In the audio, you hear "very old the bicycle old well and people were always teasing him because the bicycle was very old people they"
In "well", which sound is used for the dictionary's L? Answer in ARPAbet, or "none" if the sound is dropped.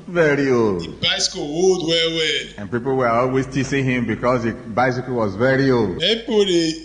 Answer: W